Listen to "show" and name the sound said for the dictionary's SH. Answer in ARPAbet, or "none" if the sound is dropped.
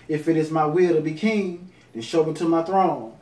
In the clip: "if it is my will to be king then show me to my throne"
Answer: SH